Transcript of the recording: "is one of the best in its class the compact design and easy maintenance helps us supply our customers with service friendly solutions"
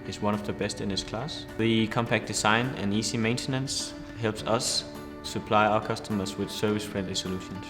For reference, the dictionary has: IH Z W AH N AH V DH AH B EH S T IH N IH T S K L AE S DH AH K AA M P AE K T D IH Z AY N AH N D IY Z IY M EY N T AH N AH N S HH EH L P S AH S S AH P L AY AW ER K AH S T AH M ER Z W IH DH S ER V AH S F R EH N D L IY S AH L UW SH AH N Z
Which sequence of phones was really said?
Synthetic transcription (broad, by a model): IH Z W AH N AH V DH AH B EH S T IH N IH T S K L AE S DH AH K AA M P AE K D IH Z AY N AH N IY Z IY M EY N T AH N AH N S HH EH L P S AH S S AH P L AY AW ER K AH S T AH M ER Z W IH DH S ER V AH S F R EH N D L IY S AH L UW SH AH N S